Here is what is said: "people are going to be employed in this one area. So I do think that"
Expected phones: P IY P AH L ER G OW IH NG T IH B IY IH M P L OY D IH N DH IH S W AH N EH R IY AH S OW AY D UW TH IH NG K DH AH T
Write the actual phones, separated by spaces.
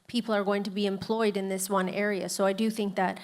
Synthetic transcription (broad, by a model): P IY P L ER G OW IH NG T IH B IY IH M P L OY D IH N DH IH S W AH N EH R IY AH S OW AY D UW TH IH NG K DH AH T